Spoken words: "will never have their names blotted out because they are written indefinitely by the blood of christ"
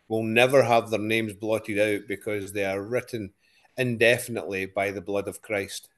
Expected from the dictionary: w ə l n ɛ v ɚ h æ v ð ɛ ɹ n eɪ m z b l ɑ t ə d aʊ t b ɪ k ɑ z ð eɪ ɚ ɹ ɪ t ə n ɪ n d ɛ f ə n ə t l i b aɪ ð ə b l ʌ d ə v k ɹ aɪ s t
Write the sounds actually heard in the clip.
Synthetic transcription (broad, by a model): w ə l n ɛ v ɚ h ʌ v ð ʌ ɹ n eɪ m z b l ɑ t ə d aʊ t b ɪ k ɑ z ð eɪ ɚ ɹ ɪ t n ɪ n d ɛ f ə n ə t l i b aɪ ð ə b l ʌ d ə v k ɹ aɪ s t